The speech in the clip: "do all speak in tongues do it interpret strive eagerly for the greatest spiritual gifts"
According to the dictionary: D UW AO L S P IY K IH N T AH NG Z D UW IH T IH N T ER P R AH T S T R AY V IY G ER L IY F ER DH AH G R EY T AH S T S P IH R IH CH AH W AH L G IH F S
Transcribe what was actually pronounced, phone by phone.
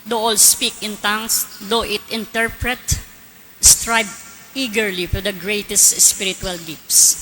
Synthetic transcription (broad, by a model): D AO AO L S P IY K IH N T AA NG S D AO IH T IH N T ER P R AH T S T R AY B IY G ER L IY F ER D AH G R EY T AH S T S P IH R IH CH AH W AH L G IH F S